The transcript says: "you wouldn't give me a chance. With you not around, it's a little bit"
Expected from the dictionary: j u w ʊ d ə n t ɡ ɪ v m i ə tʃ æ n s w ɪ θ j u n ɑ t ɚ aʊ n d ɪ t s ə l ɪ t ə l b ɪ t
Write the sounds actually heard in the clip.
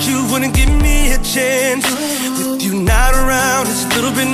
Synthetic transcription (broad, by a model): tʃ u w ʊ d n ɡ ɪ v m i ə tʃ æ n s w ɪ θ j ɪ n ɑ t ɚ aʊ n d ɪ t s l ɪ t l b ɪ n